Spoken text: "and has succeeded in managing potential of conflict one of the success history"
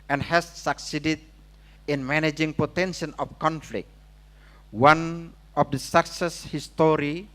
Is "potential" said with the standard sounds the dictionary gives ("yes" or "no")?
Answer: no